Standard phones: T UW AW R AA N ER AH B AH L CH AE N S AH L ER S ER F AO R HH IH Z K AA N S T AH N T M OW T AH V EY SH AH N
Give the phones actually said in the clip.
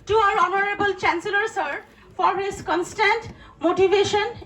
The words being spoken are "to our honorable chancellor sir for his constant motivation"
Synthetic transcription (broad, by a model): T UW AW R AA N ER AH B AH L CH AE N S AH L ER S ER F AO R HH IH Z K AA N S T AH N T M OW T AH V EY SH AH N